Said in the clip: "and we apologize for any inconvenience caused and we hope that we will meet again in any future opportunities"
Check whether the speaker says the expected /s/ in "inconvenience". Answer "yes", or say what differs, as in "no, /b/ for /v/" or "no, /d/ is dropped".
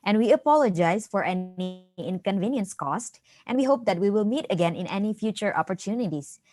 yes